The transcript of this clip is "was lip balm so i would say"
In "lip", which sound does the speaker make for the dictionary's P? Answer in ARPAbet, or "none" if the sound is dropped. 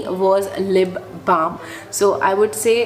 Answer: B